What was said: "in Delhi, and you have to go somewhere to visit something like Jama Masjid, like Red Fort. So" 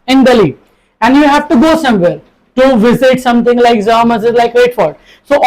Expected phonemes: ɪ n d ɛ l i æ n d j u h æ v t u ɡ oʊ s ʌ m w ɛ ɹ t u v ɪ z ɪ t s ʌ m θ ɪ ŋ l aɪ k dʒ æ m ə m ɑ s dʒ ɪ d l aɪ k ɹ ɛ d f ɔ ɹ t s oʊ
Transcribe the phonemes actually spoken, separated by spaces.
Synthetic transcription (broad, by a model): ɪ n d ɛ l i æ n d j u h æ v t u ɡ oʊ s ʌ m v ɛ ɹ t u v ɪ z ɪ t s ʌ m t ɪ ŋ l aɪ k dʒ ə m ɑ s ɪ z l aɪ k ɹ ɛ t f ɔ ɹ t s oʊ